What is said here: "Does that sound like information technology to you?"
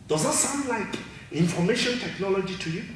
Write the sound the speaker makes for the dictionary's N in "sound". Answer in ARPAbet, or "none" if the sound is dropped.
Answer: N